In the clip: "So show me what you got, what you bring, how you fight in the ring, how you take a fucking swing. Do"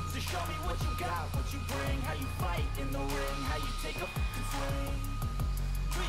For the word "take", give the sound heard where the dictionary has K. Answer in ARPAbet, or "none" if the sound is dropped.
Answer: none